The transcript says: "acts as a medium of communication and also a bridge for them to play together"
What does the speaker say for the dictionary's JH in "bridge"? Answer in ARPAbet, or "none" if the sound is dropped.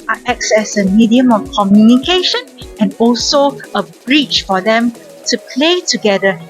CH